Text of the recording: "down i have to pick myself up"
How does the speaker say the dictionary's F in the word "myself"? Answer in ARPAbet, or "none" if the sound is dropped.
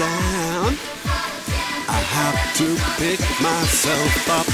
F